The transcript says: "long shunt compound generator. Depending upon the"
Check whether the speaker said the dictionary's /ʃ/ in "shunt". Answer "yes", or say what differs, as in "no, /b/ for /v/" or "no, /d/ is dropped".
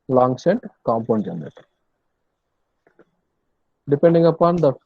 no, /s/ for /ʃ/